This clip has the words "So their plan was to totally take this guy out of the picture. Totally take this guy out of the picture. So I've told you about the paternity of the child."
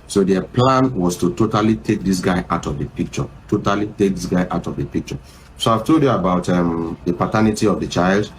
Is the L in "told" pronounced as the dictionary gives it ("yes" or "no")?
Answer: no